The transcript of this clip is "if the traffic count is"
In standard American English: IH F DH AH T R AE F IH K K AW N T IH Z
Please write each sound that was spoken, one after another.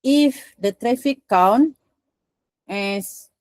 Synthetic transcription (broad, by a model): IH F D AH T R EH F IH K K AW N IH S